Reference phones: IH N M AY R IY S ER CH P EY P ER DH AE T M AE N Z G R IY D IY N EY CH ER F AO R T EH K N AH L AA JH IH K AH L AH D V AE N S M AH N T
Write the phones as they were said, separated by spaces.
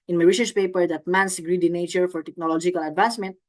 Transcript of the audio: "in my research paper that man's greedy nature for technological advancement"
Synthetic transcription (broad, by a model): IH N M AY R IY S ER SH P EY P ER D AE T M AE N S G R IY D IY N EY CH ER F AO R T EH K N AH L AA JH IH K AH L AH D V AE N S M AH N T